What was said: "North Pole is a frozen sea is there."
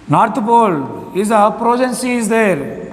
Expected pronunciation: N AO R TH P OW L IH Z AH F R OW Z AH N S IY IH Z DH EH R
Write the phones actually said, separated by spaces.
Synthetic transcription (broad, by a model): N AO R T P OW L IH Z AH P R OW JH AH N S IY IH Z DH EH R